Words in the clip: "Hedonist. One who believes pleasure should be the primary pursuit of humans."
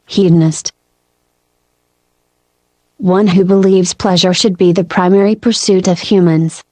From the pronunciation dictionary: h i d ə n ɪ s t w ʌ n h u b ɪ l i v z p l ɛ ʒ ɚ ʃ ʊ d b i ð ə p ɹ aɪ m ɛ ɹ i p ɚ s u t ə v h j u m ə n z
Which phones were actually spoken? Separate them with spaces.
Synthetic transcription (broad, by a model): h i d n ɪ s t w ʌ n h u b ɪ l i v z p l ɛ ʒ ɚ ʃ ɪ d b i ð ə p ɹ aɪ m ɛ ɹ i p ɚ s u t ə v h j u m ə n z